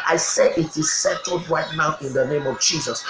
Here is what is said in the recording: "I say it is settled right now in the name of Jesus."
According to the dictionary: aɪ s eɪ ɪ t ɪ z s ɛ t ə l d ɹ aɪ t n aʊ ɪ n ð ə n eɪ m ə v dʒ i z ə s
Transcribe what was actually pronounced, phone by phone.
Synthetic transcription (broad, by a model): aɪ s eɪ ɪ t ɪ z s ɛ t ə l d ɹ aɪ t n aʊ ɪ n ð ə n eɪ m ə v dʒ i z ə s